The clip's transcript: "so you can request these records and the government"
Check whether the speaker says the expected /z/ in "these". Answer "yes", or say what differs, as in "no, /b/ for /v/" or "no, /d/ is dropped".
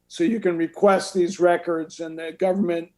yes